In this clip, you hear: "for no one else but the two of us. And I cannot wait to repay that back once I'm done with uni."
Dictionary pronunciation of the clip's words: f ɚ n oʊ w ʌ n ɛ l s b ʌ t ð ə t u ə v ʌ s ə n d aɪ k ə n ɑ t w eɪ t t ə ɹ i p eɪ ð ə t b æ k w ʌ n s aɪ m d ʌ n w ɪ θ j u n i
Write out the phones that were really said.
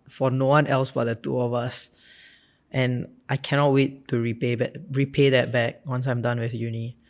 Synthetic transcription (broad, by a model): f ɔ n oʊ w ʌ n ɛ l s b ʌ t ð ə t u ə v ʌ s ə n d aɪ k ə n ɑ t w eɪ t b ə ɹ i p eɪ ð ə t b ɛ k w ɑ n s aɪ m d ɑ n w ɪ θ j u n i